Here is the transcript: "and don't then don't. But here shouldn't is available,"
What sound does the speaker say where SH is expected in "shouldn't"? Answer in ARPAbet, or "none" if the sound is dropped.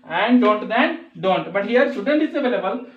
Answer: S